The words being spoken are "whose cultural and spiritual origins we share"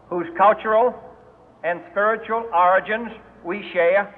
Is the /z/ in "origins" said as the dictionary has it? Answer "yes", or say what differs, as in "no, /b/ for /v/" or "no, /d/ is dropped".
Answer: yes